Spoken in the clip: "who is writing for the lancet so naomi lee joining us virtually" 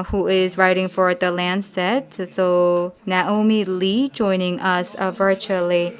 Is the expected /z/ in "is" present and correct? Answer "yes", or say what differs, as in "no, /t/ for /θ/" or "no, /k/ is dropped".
yes